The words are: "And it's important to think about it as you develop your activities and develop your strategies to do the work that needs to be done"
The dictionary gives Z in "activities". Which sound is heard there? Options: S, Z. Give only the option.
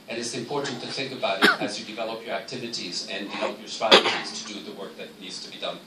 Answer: Z